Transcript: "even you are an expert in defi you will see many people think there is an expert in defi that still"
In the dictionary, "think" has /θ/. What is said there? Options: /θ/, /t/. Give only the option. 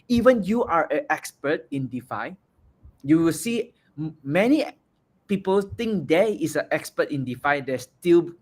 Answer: /t/